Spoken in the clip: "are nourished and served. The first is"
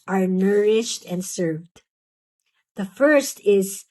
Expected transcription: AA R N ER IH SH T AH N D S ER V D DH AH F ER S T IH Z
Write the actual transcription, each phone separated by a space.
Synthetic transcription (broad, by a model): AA R N ER IH SH T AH N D S ER V D DH AH F ER S T IH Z